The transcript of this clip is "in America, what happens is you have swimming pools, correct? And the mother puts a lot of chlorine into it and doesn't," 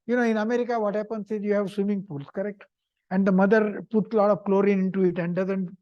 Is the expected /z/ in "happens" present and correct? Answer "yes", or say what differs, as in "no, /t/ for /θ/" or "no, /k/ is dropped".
no, /s/ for /z/